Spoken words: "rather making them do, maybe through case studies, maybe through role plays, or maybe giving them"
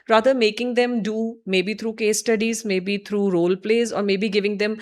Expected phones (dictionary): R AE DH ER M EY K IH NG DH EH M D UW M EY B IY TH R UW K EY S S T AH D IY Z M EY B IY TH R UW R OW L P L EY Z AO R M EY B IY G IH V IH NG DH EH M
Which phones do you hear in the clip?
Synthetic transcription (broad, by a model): R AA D ER M EY K IH NG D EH M D UW M EY B IY T R UW K EY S S T AH D IY Z M EY B IY T R UW R OW L P L EY Z AO R M EY B IY G IH V IH NG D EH M